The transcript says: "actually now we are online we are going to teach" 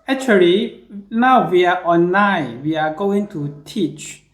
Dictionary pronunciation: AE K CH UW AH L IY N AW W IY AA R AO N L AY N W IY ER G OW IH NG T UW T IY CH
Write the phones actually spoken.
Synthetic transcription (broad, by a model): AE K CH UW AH L IY N AW W IY AA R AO N AY W IY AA G OW IH NG T UW T IY CH